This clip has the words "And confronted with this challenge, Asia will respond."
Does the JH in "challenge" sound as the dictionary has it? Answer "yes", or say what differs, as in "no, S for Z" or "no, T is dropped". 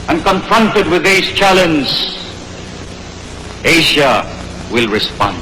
no, Z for JH